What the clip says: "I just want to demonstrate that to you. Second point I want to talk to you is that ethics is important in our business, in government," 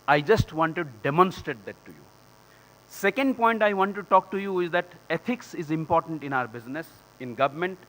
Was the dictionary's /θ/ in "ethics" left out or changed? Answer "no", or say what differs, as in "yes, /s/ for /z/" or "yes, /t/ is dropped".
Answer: yes, /t/ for /θ/